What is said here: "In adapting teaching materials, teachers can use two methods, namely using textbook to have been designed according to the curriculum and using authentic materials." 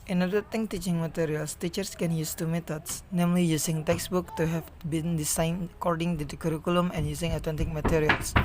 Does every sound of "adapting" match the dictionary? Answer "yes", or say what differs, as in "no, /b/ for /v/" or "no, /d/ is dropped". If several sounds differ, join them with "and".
no, /p/ is dropped